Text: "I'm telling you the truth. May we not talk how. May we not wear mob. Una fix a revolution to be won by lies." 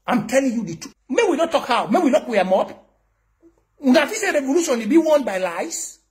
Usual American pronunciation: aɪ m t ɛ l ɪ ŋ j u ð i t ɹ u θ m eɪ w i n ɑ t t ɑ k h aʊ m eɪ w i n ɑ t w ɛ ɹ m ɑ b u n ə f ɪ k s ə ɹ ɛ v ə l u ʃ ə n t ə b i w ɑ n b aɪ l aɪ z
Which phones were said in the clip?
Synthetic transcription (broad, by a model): aɪ m t ɛ l ɪ ŋ j u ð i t u m eɪ w i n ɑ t t ɑ k h aʊ m eɪ w i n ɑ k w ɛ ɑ m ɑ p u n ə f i s ə ɹ ɛ v ə l u ʃ ə n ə b i w ɑ n b aɪ l aɪ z